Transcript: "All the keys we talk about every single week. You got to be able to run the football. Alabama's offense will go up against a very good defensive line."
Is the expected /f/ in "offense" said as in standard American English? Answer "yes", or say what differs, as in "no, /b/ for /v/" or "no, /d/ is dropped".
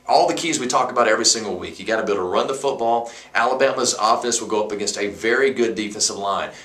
yes